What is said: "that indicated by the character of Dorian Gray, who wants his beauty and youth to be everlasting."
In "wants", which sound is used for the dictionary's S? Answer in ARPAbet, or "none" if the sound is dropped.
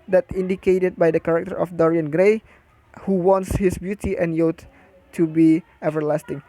S